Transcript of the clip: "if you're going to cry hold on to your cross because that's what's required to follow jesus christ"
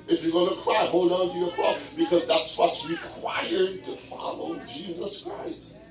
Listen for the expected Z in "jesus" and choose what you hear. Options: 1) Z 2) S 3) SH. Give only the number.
1